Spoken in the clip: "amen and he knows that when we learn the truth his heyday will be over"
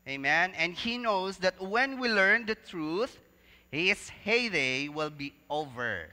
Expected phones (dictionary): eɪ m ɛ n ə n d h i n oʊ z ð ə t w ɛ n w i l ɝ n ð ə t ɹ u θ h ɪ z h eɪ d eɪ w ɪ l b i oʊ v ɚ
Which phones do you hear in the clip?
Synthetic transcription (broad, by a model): eɪ m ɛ n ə n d h i n oʊ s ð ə t w ɛ n w i l ɝ n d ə t ɹ u θ h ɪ s h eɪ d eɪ w ɪ l b i oʊ v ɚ